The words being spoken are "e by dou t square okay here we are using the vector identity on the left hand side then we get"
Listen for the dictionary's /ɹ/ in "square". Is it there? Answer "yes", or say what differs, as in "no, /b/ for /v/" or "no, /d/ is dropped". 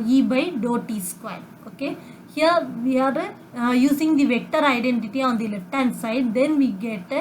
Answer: no, /l/ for /ɹ/